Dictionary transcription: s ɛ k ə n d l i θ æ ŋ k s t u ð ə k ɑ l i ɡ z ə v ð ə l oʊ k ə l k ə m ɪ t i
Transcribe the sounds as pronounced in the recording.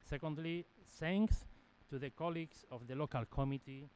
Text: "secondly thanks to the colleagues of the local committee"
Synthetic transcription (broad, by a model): s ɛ k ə n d l i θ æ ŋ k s t u ð ə k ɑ l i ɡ s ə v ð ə l oʊ k ə l k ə m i t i